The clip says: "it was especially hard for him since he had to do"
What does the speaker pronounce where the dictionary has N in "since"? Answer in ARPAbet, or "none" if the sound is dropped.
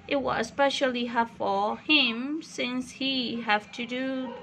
N